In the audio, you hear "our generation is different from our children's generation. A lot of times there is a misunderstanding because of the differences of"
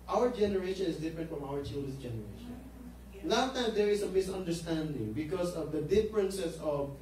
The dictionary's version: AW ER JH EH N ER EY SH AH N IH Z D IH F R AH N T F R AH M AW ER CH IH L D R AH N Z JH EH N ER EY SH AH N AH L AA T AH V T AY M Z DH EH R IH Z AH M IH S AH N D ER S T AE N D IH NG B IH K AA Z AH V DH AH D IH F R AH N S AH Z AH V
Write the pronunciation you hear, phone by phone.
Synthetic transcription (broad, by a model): AW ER JH EH N ER EY SH AH N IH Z D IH F R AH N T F R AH M AW ER CH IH L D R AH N S JH EH N ER EY SH AH N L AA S T AY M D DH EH R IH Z AH M IH S AH N D ER S T AE N D IH NG B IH K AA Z AH V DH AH D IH F R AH N S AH S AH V